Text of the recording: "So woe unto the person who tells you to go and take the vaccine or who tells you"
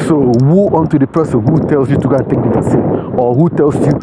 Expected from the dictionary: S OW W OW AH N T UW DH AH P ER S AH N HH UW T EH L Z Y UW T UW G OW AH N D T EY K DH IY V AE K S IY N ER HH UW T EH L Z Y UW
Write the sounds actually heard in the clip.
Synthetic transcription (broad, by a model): S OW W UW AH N T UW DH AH P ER S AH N HH UW T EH L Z Y UW T UW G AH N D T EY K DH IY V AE S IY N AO HH UW T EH L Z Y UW